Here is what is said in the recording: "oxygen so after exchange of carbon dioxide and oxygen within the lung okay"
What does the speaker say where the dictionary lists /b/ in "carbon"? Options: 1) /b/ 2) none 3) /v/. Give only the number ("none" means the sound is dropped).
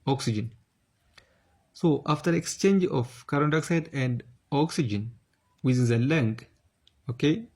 2